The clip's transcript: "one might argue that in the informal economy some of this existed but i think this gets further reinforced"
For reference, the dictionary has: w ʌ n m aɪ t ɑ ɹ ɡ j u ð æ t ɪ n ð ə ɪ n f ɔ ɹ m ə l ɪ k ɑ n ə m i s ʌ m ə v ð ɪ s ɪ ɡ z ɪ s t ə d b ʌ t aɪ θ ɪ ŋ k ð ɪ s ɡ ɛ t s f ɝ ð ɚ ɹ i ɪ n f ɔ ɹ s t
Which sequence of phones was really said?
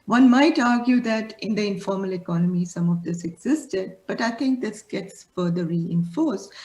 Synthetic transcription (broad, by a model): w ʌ n m aɪ t ɑ ɹ ɡ j u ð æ t ɪ n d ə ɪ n f ɔ ɹ m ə l ɪ k ɑ n ə m i s ʌ m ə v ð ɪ s ɪ ɡ z ɪ s t ə d b ʌ t aɪ t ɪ ŋ k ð ɪ s ɡ ɛ t s f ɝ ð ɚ ɹ i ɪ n f ɔ ɹ s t